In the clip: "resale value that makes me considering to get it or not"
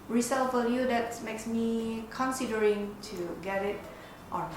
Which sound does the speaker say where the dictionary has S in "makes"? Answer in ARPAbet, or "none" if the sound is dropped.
S